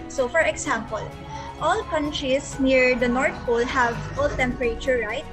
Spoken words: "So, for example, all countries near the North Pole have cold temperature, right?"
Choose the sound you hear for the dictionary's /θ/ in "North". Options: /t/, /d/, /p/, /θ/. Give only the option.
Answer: /t/